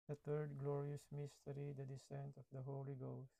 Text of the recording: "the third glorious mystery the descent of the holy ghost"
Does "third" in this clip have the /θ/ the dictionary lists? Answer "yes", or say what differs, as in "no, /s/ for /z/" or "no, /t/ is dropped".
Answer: no, /t/ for /θ/